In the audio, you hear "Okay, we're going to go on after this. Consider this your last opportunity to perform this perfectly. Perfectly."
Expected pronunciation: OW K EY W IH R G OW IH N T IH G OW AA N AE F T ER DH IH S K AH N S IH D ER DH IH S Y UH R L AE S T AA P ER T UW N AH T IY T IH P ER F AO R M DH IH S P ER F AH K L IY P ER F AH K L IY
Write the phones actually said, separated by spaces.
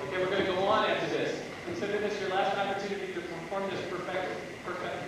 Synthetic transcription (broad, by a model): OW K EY W IH R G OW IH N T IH G OW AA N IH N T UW DH IH S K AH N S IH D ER DH IH S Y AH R L AE S T AA P ER T UW N AH T IY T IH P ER F AO R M DH IH S P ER F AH K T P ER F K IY